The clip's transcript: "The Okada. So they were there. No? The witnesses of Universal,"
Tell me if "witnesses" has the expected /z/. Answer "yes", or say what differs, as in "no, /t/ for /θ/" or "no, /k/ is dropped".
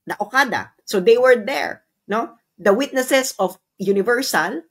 no, /s/ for /z/